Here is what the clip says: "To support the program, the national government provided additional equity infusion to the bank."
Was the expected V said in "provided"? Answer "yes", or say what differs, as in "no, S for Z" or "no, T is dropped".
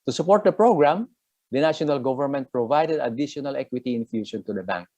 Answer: yes